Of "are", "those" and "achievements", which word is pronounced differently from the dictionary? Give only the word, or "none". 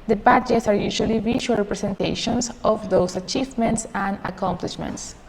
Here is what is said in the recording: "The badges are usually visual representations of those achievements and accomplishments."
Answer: those